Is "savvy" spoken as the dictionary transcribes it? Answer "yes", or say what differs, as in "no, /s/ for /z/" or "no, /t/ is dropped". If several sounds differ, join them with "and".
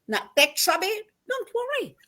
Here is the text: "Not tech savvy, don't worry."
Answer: no, /b/ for /v/